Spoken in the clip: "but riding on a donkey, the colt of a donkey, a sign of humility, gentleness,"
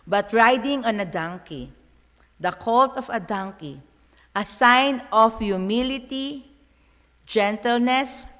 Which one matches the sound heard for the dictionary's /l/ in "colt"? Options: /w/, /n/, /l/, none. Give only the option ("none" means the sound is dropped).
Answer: /l/